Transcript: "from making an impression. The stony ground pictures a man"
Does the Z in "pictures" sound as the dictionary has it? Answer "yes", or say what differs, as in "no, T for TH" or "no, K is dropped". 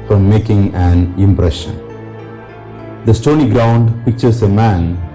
no, S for Z